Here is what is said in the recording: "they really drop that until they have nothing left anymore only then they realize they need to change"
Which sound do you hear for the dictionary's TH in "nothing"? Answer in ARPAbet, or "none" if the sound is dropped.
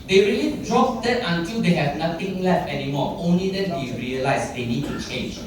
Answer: T